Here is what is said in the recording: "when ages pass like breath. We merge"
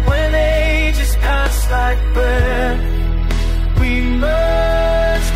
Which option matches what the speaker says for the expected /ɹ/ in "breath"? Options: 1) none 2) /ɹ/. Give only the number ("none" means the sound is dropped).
1